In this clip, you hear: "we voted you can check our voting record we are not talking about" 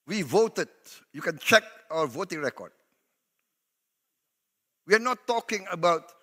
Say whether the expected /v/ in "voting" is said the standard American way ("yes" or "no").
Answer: yes